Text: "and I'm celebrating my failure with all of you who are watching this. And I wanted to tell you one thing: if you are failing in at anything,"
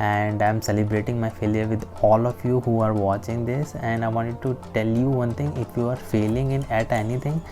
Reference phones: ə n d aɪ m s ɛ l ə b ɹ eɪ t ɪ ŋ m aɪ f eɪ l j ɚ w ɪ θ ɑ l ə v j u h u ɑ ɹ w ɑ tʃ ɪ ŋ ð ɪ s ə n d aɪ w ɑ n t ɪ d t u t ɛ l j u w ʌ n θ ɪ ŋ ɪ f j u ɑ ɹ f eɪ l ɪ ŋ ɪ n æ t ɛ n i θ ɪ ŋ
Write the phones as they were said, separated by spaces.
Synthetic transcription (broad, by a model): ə n d aɪ m s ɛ l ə b ɹ eɪ t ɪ ŋ m aɪ f eɪ l j ɚ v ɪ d ɑ l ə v j u h u ɑ ɹ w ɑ tʃ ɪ ŋ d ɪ s ə n d aɪ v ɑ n t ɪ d t u t ɛ l j u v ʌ n t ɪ ŋ ɪ f j u ɑ ɹ f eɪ l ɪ ŋ ɪ n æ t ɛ n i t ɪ ŋ